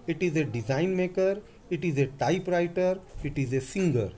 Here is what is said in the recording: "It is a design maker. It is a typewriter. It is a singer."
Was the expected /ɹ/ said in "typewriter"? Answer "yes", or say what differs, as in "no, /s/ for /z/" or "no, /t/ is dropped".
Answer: yes